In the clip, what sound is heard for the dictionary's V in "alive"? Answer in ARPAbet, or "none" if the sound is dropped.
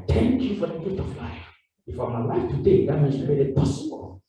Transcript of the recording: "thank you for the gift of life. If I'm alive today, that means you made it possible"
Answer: F